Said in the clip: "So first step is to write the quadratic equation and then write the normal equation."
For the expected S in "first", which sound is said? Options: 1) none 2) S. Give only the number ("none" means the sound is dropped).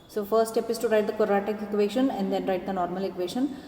1